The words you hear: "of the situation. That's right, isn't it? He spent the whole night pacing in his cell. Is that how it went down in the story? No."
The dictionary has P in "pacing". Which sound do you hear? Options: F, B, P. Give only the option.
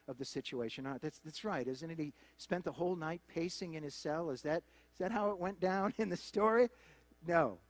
P